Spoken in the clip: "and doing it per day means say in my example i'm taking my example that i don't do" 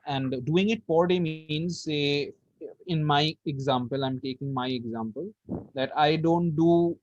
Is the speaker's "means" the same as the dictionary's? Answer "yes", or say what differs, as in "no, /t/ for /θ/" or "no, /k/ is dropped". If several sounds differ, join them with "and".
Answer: yes